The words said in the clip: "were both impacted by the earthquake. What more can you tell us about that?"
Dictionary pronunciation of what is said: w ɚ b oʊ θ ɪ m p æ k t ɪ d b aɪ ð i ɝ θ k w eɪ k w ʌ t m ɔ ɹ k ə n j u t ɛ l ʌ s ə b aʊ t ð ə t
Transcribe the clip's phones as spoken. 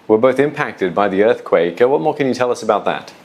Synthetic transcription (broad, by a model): w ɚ b oʊ θ ɪ m p æ k t ɪ d b aɪ ð i ɝ θ k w eɪ k w ʌ t m ɔ ɹ k ə n j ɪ t ɛ l ʌ s ə b aʊ t ð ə t